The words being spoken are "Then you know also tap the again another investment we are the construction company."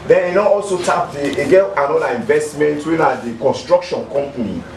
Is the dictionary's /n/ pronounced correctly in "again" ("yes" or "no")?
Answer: no